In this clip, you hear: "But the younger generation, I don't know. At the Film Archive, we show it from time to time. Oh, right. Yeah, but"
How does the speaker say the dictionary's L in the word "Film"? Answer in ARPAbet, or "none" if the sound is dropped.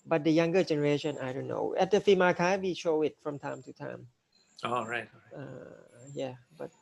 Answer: none